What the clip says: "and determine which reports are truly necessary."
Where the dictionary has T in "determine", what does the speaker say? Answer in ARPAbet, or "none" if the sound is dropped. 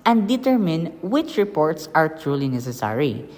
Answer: T